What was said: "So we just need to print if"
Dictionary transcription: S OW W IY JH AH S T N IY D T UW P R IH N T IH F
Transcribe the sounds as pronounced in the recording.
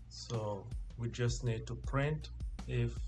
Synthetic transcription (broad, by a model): S OW W IY JH AH S T N IY D T UW P R IH N T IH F